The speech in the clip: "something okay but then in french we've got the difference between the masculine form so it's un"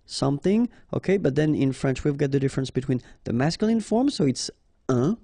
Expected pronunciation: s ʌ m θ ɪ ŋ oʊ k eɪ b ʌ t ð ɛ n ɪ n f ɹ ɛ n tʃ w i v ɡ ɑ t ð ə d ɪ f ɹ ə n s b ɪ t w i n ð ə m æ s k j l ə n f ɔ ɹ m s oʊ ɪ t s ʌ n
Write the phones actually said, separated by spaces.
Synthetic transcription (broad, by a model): s ʌ m θ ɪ ŋ oʊ k eɪ b ʌ t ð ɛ n ɪ n f ɹ ɛ n tʃ w i v ɡ ɑ t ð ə d ɪ f ɹ ə n s b ɪ t w i n ð ə m æ s k j l ə n f ɔ ɹ m s oʊ ɪ t s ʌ